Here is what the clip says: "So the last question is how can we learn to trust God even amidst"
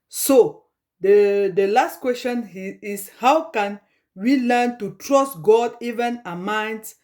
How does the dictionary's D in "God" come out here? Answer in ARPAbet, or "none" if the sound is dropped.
D